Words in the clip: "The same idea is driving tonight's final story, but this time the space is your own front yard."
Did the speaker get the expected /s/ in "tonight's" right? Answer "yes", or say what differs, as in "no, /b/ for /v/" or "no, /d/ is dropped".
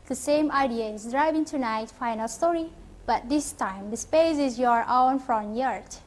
no, /s/ is dropped